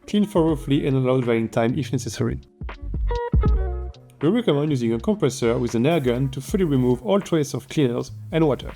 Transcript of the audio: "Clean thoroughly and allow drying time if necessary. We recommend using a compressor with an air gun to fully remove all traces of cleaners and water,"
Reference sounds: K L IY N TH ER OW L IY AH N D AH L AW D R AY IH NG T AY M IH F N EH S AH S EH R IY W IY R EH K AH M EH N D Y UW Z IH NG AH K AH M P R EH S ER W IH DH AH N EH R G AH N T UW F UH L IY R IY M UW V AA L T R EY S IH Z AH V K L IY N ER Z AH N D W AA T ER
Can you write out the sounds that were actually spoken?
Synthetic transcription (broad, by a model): K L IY N F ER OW L IY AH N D AH L AW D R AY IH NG T AY M IH F N EH S AH S EH R IY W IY R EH K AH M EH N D Y UW Z IH NG AH K AH M P R EH S ER W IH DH AH N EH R G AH N T UW F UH L IY R IY M UW V AA L T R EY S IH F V K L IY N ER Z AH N W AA T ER